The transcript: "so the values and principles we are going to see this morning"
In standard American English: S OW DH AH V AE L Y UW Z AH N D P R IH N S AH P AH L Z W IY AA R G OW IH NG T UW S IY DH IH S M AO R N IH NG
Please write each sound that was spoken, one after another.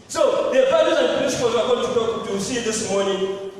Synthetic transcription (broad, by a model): S OW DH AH F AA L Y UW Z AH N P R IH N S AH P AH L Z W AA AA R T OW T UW S IY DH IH S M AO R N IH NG